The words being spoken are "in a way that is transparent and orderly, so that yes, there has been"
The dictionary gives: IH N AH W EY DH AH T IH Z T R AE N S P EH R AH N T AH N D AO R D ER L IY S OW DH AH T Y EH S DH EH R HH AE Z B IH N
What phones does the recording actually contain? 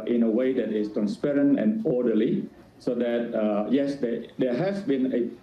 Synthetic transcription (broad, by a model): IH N AH W EY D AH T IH S T R AE N S P EH R AH N T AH N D AO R D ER L IY S OW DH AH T Y EH S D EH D HH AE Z B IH N